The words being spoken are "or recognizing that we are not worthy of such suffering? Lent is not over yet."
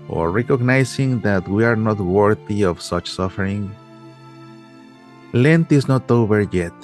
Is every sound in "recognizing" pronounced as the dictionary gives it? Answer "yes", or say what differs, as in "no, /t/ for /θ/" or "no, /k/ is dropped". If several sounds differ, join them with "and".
no, /s/ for /z/